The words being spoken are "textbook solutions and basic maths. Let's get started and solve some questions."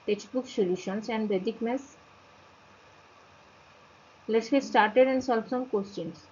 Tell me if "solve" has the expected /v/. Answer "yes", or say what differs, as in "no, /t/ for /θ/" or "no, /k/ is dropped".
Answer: no, /b/ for /v/